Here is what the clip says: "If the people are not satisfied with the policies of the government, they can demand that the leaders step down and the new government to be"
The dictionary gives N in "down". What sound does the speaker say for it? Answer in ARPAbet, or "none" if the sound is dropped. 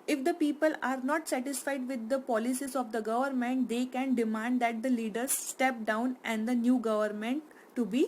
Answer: N